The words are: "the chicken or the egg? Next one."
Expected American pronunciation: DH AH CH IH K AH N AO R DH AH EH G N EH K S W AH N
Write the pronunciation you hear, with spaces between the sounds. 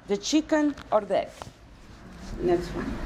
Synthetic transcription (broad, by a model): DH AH CH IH K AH N AO R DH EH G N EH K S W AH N